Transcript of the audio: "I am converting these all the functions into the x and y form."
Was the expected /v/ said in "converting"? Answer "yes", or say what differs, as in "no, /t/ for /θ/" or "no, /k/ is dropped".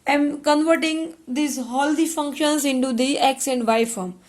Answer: yes